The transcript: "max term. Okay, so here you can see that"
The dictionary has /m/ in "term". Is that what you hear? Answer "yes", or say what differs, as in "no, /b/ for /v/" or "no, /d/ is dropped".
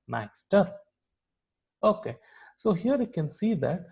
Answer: no, /m/ is dropped